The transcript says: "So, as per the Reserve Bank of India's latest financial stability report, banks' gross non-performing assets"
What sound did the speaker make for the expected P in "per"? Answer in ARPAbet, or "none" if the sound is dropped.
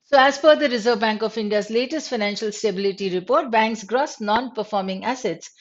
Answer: F